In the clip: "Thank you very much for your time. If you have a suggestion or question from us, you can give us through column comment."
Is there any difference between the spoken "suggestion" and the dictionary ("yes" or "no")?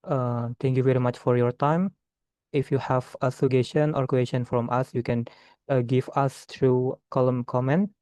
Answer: yes